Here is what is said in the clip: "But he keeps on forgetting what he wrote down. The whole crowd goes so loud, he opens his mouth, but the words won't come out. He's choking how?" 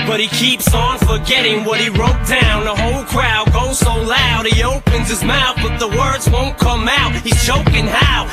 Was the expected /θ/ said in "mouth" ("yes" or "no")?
yes